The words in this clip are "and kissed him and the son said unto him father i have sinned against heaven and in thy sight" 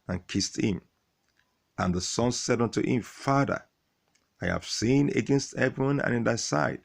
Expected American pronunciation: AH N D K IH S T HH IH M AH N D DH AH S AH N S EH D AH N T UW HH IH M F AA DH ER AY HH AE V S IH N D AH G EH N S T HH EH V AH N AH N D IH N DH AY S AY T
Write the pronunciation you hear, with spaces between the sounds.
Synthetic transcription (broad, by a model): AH N K IH S T HH IH M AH N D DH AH S AH N S EH D AH N T UW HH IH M F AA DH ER AY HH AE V S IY N AH G EH N S T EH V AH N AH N IH N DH AY S AY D